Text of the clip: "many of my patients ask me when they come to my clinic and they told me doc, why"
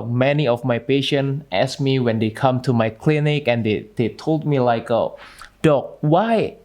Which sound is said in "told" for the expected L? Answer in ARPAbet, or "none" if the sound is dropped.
L